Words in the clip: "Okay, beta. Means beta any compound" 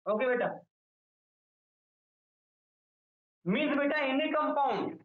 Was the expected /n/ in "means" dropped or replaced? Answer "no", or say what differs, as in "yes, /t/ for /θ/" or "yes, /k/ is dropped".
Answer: yes, /n/ is dropped